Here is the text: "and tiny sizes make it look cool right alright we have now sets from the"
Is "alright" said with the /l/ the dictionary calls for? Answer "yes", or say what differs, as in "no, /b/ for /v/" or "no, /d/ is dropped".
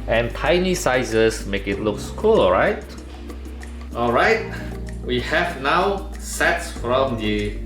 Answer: yes